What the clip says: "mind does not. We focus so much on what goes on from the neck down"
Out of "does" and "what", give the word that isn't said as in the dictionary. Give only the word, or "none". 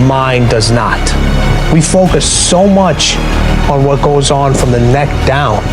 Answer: none